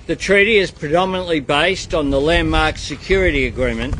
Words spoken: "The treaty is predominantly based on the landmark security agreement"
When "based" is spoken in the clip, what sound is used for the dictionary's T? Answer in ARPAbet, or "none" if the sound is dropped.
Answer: T